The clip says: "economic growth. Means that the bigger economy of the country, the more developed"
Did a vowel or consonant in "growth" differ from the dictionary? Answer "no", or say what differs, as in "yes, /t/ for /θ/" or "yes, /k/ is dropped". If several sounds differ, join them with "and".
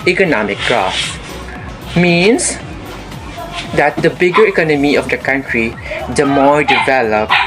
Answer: yes, /s/ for /θ/